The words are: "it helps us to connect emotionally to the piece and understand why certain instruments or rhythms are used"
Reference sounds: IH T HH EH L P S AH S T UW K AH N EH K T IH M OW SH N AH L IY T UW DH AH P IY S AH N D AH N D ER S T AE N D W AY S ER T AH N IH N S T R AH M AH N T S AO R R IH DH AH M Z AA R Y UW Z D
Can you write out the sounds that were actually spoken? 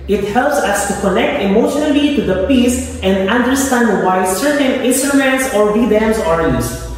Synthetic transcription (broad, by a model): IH T HH EH L P S AH S T UW K AH N EH K T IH M OW SH N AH L IY T UW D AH P IY S AH N D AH N D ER S T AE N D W AY S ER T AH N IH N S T AH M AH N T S AO R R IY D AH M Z AA R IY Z